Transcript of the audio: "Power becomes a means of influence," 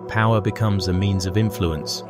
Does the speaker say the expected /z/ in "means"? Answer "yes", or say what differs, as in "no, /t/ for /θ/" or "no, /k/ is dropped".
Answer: yes